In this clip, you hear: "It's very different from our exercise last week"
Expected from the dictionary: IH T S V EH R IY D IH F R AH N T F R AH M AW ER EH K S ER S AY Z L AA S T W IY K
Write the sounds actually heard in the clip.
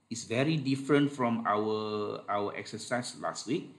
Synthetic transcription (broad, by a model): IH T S V EH R IY D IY F R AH N T F R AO M AW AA EH K S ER S AY S L AA S T W IY K